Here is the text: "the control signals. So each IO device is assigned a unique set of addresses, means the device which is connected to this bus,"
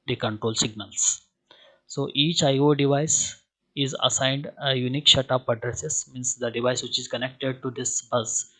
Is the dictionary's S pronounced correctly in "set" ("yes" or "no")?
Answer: no